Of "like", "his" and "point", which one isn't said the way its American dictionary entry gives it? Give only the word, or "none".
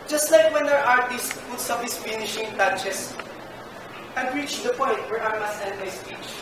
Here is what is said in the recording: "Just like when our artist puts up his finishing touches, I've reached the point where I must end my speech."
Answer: his